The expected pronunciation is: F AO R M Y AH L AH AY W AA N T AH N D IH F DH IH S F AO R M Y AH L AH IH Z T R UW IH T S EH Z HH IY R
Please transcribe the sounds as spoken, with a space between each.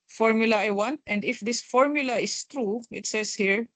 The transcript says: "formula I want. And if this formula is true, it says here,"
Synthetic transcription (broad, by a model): F AO R M Y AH L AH AY W AA N T AH N D IH F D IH S F AO R M Y AH L AH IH S T R UW IH T S EH S HH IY R